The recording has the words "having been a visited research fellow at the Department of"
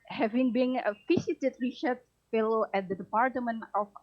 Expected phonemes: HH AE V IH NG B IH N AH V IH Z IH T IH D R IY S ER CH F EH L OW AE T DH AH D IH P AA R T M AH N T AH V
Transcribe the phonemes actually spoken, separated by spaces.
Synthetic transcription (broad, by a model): HH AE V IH NG B IH N AH F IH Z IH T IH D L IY SH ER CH F EH L OW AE T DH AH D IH P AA R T M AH N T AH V